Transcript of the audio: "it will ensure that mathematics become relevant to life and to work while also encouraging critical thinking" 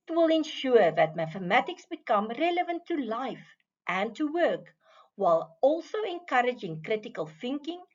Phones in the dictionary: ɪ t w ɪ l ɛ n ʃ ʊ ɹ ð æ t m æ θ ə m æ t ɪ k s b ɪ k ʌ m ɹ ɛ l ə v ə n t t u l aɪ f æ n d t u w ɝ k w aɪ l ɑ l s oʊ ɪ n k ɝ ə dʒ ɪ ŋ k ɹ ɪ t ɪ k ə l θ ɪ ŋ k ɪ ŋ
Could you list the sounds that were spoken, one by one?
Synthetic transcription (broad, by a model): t w ɪ l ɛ n ʃ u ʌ ð æ t m æ θ ə m æ t ɪ k s b ɪ k ʌ m ɹ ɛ l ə v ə n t t u l aɪ f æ n t u w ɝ k w aɪ l ɑ l s oʊ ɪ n k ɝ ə dʒ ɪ ŋ k ɹ ɪ t ɪ k ə l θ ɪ ŋ k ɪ ŋ